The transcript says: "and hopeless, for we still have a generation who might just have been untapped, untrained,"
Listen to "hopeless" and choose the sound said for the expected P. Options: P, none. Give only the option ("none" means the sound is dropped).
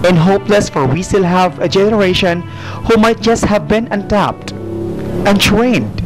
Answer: P